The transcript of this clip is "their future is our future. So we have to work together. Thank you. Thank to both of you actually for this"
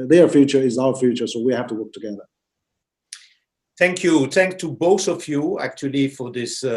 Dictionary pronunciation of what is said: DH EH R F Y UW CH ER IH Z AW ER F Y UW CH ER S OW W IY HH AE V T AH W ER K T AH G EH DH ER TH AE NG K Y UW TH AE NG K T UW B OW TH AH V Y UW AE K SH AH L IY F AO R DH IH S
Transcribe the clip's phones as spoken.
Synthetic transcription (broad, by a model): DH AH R F Y UW CH ER IH Z AW ER F Y UW CH ER S OW W IY HH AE F T AH W ER K T AH G EH DH ER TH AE NG K Y UW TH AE NG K T UW B OW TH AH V Y UW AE K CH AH L IY F AO R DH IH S